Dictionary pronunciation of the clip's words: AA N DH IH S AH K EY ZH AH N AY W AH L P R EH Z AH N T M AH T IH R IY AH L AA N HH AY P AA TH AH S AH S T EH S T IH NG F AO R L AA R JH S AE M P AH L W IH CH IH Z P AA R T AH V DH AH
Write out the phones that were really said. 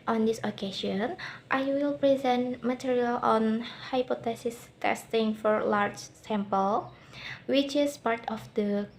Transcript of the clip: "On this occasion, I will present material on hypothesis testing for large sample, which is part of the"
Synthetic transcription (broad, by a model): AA N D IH S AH K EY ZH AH N AY W AH L P R EH Z AH N T M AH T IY R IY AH L AA N HH AY P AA T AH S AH S T EH S T IH NG F AO R L AA R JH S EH M P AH L W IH CH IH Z P AA R T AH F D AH